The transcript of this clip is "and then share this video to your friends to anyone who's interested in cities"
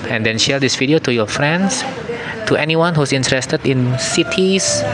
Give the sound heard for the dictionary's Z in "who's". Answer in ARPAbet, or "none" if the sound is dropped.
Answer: S